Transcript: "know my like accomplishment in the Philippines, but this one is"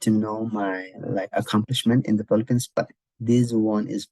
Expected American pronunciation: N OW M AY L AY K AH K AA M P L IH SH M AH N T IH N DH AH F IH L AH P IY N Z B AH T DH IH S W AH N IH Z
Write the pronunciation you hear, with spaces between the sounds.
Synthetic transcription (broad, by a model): N OW M AY L AY K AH K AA M P L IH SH M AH N T IH N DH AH P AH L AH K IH N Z B AH T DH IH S W AH N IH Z